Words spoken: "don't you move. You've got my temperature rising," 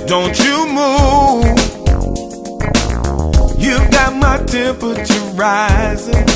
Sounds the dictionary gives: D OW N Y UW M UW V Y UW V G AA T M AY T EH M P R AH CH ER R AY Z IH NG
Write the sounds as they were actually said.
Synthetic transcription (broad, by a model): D OW N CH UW M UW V Y UW V G AA T M AY T EH M P AH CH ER R AY Z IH